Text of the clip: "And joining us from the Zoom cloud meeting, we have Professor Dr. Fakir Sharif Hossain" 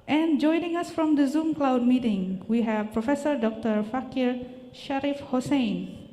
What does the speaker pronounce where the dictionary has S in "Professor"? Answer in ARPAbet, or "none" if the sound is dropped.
S